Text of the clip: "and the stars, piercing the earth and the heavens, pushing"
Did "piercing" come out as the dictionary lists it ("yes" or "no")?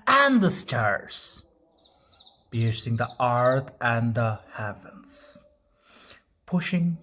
no